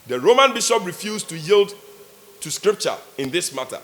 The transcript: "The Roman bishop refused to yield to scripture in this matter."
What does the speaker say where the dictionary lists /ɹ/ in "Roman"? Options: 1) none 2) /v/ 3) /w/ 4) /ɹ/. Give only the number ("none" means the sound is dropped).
4